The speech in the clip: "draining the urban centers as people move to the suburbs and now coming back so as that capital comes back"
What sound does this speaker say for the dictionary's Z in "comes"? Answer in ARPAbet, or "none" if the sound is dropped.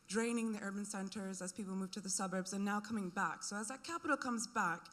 Z